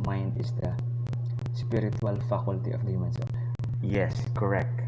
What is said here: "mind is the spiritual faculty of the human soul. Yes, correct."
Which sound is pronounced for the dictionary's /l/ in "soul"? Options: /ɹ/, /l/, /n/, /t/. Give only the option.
/n/